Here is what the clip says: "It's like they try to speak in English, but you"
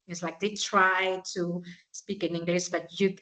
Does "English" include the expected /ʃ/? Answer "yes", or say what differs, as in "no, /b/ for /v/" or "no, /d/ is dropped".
no, /s/ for /ʃ/